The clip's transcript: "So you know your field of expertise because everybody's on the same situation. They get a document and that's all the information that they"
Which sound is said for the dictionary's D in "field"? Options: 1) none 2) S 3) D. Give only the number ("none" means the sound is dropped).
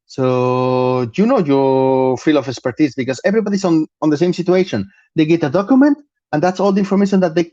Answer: 1